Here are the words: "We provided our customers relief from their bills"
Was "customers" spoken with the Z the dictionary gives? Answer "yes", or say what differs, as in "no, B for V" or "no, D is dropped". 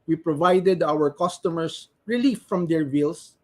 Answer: no, S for Z